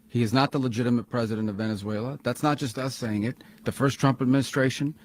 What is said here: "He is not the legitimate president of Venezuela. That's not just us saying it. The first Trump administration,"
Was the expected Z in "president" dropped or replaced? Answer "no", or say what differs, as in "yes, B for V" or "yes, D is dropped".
no